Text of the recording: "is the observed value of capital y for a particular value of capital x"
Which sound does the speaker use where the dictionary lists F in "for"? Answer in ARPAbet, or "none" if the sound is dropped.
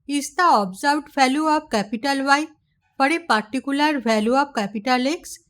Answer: P